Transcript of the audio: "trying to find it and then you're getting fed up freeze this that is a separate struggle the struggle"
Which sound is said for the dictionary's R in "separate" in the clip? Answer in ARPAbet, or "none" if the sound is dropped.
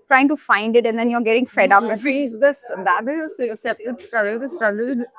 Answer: none